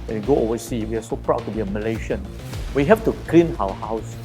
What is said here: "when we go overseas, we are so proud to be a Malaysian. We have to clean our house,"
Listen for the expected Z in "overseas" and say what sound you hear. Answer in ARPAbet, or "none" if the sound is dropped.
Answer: none